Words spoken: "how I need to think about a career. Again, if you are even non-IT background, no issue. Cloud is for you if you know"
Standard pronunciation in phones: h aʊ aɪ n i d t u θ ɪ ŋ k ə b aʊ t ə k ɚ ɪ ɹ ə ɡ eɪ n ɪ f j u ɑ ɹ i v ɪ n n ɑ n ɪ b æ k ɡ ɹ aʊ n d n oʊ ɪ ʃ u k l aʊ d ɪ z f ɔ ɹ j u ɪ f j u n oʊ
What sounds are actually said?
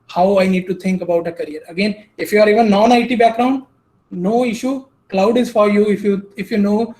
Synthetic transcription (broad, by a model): h aʊ aɪ n i d t u t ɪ ŋ k ə b aʊ t ə k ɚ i ɹ ə ɡ eɪ n ɪ f j u ɑ ɹ i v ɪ n n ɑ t ɪ b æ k ɡ ɹ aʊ n d n oʊ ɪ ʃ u k l aʊ d ɪ z f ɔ ɹ j u ɪ f j u n oʊ